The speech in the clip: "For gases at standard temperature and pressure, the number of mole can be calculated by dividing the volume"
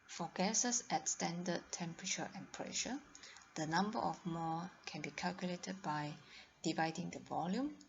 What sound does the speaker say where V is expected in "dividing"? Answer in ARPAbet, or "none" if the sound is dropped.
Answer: V